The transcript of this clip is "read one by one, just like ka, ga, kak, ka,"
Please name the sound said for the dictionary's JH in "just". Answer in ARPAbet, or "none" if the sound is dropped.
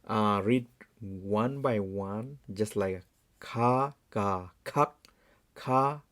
JH